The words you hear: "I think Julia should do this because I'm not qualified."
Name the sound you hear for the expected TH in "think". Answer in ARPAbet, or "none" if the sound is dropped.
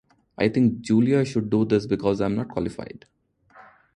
T